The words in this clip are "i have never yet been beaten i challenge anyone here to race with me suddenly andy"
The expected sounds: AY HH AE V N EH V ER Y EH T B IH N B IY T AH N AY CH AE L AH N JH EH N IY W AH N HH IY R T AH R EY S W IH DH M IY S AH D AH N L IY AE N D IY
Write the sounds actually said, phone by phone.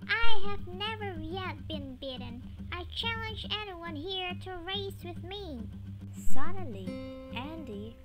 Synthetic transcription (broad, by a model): AY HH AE V N EH V ER Y EH T B IH N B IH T N AY CH AE L AH N JH EH N IY W AH N HH IY R T AH R EY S W IH DH M IY S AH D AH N L IY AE N D IY